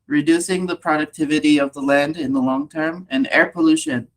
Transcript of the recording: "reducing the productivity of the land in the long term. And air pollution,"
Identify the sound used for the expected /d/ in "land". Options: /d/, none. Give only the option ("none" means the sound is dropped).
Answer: /d/